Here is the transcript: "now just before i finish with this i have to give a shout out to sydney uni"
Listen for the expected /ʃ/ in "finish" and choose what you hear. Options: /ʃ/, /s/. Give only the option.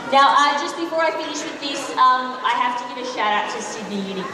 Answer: /ʃ/